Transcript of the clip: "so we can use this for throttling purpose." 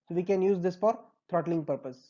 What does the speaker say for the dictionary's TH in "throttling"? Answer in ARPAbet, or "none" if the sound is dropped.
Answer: T